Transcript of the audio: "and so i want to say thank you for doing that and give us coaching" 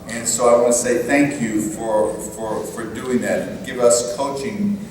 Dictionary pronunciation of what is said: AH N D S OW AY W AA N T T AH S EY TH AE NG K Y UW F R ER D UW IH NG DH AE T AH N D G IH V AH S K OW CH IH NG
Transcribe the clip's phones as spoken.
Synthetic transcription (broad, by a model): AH N S OW AY W AA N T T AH S EY TH AE NG K Y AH F R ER D UW IH NG DH AE T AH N G IH V AH S K OW CH IH NG